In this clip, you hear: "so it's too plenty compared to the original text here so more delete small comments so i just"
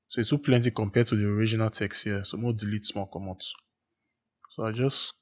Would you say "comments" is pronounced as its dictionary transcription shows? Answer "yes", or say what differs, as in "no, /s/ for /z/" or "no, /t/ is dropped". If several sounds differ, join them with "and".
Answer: no, /n/ is dropped